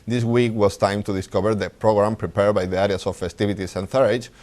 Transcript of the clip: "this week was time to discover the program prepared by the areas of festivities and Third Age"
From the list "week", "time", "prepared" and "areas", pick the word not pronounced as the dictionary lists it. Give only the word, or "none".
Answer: areas